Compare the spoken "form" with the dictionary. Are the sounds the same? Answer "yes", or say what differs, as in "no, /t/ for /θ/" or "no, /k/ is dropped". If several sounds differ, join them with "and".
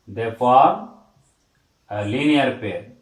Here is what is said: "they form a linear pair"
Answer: no, /m/ is dropped